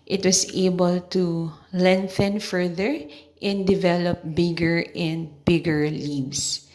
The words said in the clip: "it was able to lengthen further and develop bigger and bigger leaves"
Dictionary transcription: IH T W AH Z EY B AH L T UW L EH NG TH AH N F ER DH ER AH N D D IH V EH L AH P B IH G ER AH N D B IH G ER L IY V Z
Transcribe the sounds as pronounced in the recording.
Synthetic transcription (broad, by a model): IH T W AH S EY B AH L T UW L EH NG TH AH N F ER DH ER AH N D D IH V EH L AH P B IH G ER AH N D B IH G ER L IY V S